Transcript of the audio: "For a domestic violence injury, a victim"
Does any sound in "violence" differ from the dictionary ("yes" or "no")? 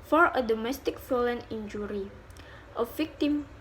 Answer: yes